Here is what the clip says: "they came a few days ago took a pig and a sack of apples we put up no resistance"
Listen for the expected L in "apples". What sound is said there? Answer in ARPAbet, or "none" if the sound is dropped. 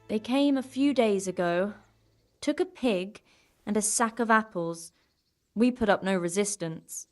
L